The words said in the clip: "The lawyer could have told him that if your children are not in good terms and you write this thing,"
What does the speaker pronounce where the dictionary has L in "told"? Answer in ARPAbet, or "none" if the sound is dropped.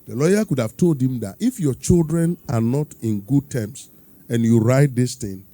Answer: L